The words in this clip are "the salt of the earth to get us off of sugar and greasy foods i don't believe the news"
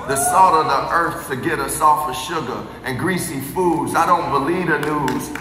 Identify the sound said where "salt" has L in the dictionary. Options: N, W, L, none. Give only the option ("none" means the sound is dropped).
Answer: none